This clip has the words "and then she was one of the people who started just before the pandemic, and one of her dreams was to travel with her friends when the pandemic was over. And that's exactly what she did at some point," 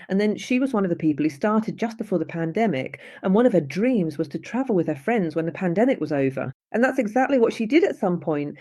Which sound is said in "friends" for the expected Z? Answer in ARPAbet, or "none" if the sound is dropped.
Z